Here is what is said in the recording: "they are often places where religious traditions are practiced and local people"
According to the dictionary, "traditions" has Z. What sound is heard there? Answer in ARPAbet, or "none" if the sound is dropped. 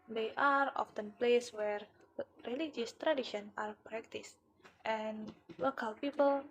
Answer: none